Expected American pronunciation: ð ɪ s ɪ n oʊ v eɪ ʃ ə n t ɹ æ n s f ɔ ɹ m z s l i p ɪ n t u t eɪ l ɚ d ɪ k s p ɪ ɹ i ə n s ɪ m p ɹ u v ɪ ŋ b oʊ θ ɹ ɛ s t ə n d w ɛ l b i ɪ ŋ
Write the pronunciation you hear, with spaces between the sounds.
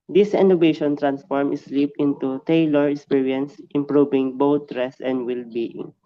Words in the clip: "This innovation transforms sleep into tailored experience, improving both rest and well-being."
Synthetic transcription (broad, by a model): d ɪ s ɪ n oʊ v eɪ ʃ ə n t ɹ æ n s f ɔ ɹ m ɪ s l i p ɪ n t u t eɪ l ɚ ɪ k s p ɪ ɹ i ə n s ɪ m p ɹ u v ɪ ŋ b oʊ t ɹ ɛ s ə n d w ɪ l b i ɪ ŋ